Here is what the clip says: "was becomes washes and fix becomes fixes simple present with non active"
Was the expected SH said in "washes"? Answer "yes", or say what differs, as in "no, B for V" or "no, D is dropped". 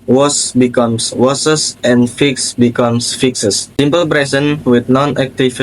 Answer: no, S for SH